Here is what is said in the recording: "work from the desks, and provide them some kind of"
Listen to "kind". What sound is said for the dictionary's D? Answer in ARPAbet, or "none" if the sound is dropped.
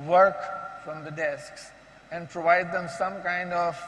D